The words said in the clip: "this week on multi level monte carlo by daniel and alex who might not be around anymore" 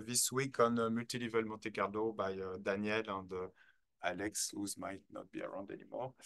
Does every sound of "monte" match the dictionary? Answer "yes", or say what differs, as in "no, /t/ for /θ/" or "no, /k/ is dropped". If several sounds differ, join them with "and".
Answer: no, /n/ is dropped